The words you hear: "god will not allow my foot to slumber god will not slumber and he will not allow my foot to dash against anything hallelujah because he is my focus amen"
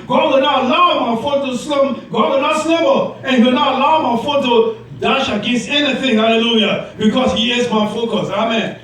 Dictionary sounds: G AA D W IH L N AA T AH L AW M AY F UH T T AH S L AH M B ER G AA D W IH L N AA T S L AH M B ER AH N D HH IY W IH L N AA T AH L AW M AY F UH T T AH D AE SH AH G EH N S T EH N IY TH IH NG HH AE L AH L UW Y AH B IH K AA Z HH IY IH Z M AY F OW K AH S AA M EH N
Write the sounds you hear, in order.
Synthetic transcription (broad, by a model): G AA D W IH L N AA T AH L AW M AY F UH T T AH S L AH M G AA D W IH L N AA T S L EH B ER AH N HH IY W IH L N AA T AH L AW M AY F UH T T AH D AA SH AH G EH S EH N IY TH IH NG HH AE L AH L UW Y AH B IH K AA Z HH IY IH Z M AY F OW K AH S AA M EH N